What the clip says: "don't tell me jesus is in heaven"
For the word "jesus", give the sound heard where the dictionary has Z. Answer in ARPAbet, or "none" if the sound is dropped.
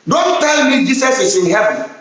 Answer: S